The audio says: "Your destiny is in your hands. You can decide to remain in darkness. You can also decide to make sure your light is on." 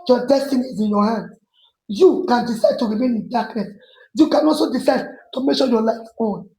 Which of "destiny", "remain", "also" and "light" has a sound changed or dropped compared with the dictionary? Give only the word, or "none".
light